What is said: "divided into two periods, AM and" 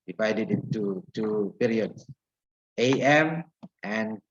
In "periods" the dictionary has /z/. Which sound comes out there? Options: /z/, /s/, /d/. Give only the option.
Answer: /s/